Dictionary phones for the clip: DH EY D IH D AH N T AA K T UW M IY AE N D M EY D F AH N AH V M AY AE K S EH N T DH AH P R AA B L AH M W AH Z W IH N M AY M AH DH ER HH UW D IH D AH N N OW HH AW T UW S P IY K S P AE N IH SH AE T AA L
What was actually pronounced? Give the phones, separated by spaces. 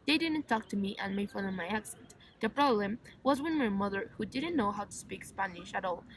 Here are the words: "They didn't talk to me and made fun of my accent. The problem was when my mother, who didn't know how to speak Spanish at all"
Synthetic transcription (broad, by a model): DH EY D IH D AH N T AA K T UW M IY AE N M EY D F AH L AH M AY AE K S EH N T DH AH P R AA B L AH M W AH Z W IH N M AY M AH DH ER HH UW D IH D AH N N OW HH AW T UW S P IY K S P AE N IH SH AE T AA L